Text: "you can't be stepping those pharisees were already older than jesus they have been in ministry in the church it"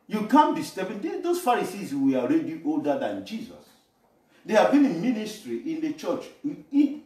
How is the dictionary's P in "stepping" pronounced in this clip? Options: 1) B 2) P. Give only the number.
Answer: 1